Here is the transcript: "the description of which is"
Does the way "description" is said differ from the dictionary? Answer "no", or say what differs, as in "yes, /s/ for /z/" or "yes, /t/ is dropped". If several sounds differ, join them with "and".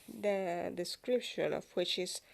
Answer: yes, /l/ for /n/